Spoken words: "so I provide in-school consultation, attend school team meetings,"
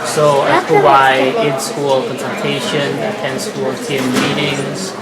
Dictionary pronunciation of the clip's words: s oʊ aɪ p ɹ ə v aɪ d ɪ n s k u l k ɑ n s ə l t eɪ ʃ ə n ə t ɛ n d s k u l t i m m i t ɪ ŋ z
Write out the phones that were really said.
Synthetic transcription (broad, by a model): s oʊ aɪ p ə w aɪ ɪ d s k u l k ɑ n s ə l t eɪ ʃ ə n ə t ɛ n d s k u l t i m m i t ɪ ŋ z